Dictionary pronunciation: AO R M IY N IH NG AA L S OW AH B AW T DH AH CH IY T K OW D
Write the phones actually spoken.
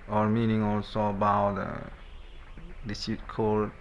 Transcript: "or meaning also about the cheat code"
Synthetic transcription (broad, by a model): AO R M IY N IH NG AA L S OW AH B AW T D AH S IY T K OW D